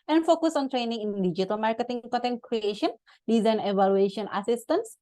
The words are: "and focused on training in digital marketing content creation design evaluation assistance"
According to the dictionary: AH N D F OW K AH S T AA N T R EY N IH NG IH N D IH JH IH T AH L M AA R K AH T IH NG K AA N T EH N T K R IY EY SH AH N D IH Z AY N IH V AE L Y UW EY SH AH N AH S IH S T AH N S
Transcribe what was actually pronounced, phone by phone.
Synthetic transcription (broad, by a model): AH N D F OW K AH S AA N T R EY N IH NG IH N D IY JH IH T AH L M AA R K AH T IH NG K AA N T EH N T K R IY EY SH AH N D IH Z AY N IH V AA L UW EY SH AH N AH S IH S T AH N S